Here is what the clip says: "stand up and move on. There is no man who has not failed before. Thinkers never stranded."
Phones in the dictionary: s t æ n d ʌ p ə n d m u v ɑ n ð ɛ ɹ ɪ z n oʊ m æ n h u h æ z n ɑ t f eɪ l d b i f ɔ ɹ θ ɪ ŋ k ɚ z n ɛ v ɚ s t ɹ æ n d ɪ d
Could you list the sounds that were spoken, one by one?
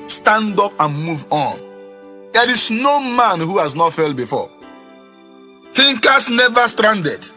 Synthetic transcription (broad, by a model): s t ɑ n d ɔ p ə n m u v ɑ n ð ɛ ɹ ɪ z n oʊ m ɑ n h u h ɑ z n ɑ t f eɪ l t b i f ɔ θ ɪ ŋ k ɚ s n ɛ v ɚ s t ɹ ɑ n d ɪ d